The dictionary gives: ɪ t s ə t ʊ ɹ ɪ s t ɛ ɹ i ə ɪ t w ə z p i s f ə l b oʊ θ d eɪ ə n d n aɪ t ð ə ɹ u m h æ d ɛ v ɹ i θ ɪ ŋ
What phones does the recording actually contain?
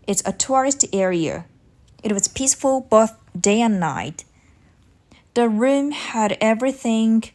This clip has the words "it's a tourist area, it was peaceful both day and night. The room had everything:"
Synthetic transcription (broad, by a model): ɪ t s ə t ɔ ɹ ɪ s t ɛ ɹ i ə ɪ t w ə z p i s f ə l b oʊ θ d eɪ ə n n aɪ t ð ə ɹ u m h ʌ d ɛ v ɹ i θ ɪ ŋ